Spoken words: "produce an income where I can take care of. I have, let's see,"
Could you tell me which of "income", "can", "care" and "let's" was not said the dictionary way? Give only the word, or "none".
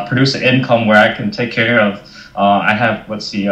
let's